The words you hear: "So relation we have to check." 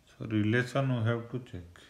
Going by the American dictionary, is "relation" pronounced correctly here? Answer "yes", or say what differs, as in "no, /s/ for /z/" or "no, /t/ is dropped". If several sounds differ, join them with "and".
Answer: no, /s/ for /ʃ/